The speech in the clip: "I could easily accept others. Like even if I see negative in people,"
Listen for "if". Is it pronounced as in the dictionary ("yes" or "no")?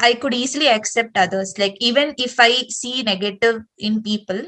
yes